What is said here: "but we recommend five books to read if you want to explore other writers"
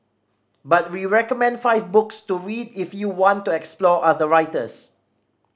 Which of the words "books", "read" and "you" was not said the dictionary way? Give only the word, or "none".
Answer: none